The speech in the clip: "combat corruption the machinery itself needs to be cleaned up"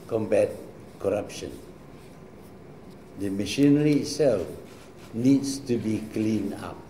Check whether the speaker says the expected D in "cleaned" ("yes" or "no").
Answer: no